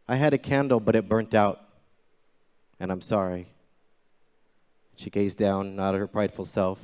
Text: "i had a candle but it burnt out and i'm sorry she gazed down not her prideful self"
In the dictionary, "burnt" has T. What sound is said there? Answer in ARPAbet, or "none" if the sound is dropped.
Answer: T